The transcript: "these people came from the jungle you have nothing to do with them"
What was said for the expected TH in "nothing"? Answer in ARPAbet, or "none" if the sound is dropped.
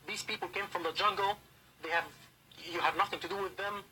TH